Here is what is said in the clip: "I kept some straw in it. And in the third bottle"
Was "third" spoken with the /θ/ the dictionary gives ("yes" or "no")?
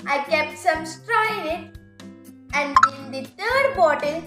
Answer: no